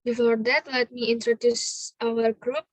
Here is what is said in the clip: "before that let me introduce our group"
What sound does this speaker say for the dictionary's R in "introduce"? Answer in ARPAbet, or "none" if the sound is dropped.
R